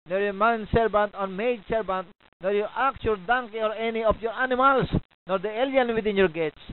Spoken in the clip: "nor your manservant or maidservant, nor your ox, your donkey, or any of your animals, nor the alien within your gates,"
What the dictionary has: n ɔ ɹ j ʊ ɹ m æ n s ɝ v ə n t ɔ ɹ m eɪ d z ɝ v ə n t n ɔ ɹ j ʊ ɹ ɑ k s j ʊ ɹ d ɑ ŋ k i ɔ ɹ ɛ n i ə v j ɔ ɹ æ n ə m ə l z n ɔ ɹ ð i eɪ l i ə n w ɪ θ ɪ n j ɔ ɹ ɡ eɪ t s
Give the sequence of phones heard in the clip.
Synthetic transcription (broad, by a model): n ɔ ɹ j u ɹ m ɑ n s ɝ b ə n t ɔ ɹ m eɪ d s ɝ b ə n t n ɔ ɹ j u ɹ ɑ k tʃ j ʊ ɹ d ɑ ŋ k i ɔ ɹ ɛ n i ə f j ɔ ɹ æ n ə m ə l s n ɔ ɹ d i eɪ l i ə n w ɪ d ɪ n j ɔ ɹ ɡ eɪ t